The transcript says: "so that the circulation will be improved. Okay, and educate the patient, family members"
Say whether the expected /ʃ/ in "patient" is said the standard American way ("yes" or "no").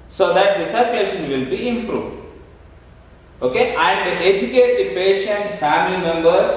yes